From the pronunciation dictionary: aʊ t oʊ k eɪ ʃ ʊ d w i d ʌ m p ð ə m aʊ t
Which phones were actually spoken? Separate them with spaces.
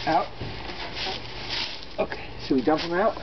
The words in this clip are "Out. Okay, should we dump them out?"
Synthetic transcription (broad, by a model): aʊ t oʊ k eɪ s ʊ w i d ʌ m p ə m aʊ t